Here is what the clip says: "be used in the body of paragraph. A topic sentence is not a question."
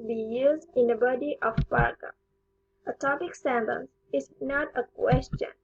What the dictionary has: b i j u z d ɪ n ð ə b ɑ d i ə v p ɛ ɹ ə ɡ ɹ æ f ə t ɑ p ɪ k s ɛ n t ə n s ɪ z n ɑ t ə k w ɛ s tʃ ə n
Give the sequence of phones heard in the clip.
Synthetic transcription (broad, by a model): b i j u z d ɪ n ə b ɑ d i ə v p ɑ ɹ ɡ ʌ ə t ɑ p ɪ k s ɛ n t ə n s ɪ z n ɑ t ə k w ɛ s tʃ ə n